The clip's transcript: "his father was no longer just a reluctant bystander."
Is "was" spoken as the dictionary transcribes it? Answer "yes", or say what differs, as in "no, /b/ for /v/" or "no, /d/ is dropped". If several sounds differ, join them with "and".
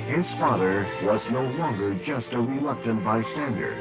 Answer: yes